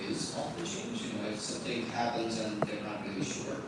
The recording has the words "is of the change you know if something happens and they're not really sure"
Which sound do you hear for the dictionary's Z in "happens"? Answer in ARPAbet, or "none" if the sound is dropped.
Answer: Z